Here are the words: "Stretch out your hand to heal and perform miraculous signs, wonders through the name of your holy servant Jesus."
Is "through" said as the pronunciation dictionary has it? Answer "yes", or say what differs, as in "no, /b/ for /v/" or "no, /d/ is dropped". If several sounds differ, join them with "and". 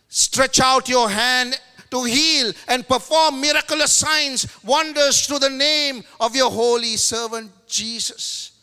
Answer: no, /t/ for /θ/